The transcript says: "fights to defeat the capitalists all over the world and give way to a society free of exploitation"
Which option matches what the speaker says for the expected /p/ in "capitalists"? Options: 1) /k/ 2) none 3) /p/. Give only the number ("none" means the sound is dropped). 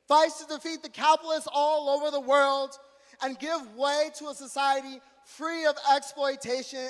2